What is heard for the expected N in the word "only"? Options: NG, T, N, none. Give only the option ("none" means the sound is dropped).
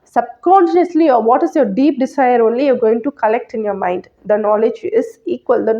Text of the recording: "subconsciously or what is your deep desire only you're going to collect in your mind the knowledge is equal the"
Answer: N